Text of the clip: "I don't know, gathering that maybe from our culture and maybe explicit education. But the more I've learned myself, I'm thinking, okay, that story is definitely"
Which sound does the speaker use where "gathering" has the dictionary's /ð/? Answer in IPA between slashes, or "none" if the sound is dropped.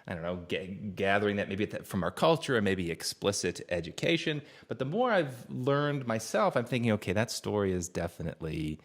/ð/